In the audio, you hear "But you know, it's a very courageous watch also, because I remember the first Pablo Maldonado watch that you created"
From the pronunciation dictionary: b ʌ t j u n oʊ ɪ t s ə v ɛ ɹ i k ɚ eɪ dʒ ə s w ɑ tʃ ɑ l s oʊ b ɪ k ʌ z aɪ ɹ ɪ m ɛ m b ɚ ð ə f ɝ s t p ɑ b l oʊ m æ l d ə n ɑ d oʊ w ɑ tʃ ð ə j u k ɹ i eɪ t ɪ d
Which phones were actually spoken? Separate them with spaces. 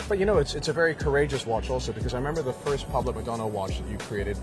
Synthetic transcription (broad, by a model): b ʌ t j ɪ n oʊ ɪ t s ə v ɛ ɹ i k ɚ eɪ dʒ ə s w ɑ tʃ ɑ l s oʊ b ɪ k ʌ z aɪ ɹ ɪ m ɛ m b ɚ ð ə f ɝ s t p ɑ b l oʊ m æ d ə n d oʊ w ɑ tʃ ð ə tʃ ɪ k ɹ i eɪ t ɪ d